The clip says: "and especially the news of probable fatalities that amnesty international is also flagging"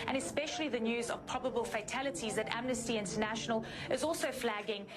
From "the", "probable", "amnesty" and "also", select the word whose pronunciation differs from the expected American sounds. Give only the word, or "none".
none